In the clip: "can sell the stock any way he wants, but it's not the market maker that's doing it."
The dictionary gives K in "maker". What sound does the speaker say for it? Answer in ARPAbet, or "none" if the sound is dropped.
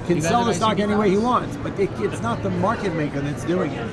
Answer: K